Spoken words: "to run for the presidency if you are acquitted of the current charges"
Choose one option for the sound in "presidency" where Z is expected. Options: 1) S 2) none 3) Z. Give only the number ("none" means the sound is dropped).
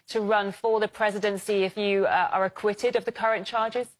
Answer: 3